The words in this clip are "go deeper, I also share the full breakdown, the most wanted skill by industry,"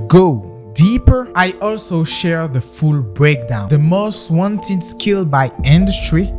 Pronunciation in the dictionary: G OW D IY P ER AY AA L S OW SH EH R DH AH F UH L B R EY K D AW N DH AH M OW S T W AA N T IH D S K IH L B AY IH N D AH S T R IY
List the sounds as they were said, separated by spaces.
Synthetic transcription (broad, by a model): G OW D IY P ER AY AA L S OW SH EH R DH AH F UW L B R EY K D AW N DH AH M OW S T W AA N T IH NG S K IH L B AY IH N D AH S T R IY